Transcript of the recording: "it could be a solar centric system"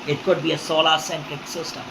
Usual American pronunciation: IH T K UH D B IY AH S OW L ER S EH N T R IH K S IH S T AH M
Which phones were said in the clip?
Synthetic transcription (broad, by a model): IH T K UH D B IY AH S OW L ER S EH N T IH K S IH S T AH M